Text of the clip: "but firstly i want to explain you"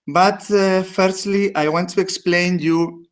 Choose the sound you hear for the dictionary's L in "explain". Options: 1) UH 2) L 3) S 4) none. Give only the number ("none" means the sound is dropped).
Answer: 2